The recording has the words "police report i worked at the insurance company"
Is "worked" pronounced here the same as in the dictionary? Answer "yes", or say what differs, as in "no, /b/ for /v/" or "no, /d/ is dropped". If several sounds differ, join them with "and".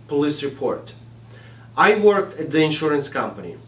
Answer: yes